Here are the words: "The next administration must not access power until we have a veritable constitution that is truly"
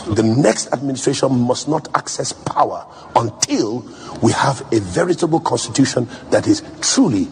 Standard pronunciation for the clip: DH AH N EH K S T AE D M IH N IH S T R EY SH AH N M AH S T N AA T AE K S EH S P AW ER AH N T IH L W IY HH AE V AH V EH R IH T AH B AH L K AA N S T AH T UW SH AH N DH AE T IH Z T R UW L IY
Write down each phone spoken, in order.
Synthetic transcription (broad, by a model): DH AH N EH K S T AE D M IH N IH S T R EY SH AH N M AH S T N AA T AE K S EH S P AW ER AH N T IH L W IY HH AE V AH V EH R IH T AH B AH L K AA N S T AH T UW SH AH N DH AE T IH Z T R UW L IY